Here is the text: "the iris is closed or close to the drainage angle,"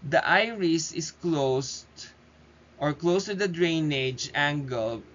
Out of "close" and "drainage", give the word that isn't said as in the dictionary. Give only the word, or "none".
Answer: none